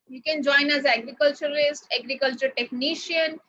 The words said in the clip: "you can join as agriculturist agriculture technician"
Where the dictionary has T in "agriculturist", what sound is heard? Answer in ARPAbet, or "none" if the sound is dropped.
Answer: T